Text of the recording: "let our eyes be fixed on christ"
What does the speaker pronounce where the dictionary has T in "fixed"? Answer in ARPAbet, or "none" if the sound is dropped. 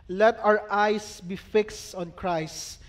T